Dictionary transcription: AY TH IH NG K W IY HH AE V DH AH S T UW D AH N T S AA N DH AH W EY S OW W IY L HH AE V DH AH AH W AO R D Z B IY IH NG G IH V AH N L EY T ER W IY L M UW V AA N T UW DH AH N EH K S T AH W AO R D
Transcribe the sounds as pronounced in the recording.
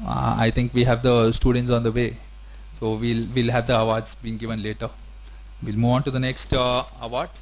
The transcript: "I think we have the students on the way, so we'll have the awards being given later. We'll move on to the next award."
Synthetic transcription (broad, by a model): AY T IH NG K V IY HH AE V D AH S T UW D AH N T S AA N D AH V EY S OW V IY L HH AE V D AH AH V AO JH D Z B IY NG G IH V AH N L EY T ER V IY L M UW V AA N T UW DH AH N EH K S T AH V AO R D